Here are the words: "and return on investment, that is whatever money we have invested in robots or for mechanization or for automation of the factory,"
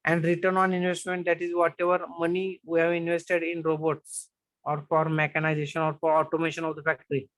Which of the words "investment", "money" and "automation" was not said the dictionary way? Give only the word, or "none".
none